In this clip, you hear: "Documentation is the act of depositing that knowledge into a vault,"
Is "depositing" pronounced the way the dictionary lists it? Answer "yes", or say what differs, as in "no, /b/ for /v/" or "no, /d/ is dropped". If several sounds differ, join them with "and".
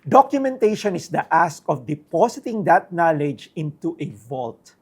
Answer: no, /s/ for /z/